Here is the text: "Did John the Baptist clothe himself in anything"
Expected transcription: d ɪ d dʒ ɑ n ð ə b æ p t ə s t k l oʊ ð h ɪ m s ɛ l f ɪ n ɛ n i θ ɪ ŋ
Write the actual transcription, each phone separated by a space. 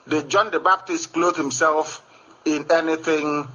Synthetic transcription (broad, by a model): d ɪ dʒ ɑ n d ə b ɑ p t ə s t k l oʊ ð h ɪ m s ɛ l f ɪ n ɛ n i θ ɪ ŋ